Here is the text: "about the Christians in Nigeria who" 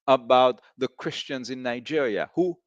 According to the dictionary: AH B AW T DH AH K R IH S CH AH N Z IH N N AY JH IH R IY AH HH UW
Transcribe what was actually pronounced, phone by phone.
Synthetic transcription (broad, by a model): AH B AW T DH AH K R IH S CH AH N Z IH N N AY JH IH R IY AH HH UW